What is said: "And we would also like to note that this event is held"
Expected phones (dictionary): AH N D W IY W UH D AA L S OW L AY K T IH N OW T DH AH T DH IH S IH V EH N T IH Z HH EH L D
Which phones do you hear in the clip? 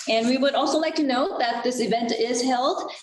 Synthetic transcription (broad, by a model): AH N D W IY W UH D AA L S OW L AY K T IH N OW T DH AH T DH IH S IH V EH N T IH Z HH EH L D